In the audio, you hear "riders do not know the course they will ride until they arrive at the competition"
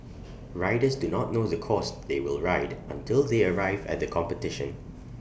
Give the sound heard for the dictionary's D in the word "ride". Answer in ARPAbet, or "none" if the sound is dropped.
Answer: D